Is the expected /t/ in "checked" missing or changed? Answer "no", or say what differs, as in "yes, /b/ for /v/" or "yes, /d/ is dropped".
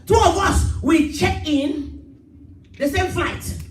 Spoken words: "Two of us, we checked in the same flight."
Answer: yes, /t/ is dropped